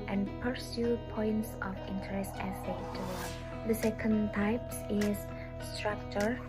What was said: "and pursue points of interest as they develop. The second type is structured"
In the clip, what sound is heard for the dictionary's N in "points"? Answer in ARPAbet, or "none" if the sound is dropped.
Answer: N